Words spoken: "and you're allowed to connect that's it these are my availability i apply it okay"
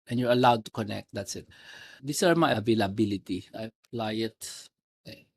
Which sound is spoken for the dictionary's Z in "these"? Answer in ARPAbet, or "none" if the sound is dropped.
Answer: S